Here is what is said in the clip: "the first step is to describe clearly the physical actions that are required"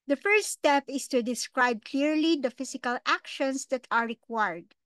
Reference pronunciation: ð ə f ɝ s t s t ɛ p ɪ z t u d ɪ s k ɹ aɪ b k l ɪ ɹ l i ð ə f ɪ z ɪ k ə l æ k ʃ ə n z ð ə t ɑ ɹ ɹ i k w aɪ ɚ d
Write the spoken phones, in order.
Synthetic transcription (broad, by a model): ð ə f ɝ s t s t ɛ p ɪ s t u d ɪ s k ɹ aɪ b k l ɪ ɹ l i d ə f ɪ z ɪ k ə l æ k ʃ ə n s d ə t ɑ ɹ ɹ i k w aɪ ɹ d